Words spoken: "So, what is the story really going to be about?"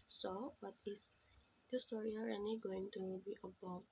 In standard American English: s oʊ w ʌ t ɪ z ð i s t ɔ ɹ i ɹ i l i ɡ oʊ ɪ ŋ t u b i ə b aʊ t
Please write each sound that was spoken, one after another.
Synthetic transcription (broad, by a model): s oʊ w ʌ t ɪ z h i s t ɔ ɹ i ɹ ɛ n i ɡ oʊ ɪ ŋ t u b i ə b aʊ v